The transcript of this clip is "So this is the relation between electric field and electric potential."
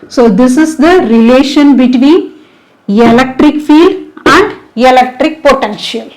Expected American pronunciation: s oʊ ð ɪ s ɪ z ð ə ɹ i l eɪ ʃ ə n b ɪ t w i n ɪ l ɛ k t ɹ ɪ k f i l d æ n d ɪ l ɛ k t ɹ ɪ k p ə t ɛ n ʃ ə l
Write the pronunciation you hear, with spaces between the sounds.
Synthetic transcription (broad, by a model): s oʊ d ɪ s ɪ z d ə ɹ i l eɪ ʃ ə n b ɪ t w i n ɪ l ɛ k t ɹ ɪ k f i l d æ n d ɪ l ɛ k t ɹ ɪ k p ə t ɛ n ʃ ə l